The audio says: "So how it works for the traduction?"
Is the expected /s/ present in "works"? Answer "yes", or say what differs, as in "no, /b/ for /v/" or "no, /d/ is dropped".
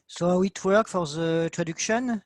no, /s/ is dropped